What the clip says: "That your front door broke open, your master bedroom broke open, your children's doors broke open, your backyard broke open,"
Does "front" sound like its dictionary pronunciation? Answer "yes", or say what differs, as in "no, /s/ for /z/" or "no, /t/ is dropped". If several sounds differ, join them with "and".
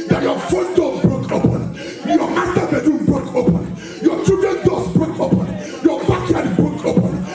no, /ɹ/ is dropped